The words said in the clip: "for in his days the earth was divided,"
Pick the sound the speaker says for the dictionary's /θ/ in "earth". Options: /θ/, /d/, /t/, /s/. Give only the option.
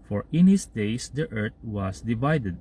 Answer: /t/